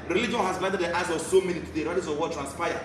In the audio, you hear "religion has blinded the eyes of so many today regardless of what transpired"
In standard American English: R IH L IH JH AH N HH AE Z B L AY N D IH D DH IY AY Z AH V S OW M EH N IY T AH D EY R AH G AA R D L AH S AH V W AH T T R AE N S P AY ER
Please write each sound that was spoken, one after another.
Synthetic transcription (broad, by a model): R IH L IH JH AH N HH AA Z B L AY D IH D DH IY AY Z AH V S OW M EH N IY T AH D EY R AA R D AH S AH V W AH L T R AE N S P AY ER